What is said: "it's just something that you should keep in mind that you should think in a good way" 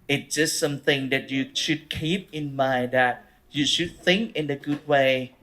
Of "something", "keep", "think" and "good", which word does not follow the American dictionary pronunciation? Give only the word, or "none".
none